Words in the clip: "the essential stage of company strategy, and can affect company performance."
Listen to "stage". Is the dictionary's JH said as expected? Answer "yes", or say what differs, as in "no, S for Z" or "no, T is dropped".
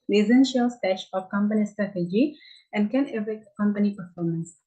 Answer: no, SH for JH